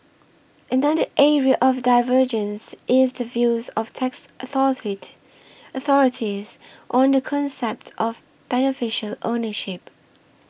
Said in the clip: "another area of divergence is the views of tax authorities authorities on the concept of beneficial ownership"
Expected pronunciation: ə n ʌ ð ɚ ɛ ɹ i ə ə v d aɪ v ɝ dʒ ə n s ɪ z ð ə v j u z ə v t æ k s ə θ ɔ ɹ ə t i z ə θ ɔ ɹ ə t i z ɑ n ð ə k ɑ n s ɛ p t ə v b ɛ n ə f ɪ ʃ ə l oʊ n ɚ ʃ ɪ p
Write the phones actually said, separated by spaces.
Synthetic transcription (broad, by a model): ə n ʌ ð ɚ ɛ ɹ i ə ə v d aɪ v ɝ dʒ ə n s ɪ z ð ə v j u z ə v t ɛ k s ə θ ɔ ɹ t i ə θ ɔ ɹ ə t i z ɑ n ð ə k ɑ n s ɛ p t ə v b ɛ n ə f ɪ ʃ ə l oʊ n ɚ ʃ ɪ p